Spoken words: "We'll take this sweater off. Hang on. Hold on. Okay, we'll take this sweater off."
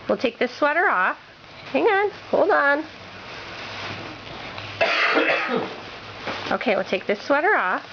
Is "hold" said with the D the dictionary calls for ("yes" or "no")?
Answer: yes